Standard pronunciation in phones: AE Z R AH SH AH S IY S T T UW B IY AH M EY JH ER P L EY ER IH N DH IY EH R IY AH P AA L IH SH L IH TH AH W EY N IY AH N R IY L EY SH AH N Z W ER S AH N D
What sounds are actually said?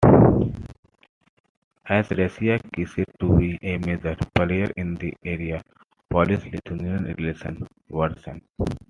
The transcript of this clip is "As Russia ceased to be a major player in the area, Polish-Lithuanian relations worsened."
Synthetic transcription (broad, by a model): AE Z R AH S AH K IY S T T UW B IY AH M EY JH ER P L EY ER IH N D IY EH R IY AH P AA L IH S L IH T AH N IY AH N R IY L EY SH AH N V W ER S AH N